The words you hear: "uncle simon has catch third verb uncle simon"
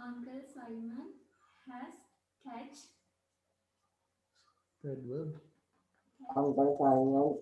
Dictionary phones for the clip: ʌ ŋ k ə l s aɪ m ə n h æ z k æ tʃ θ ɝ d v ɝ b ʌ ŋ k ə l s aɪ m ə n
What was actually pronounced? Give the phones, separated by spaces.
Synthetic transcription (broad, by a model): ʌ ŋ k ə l s aɪ m ə n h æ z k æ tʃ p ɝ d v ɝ ʌ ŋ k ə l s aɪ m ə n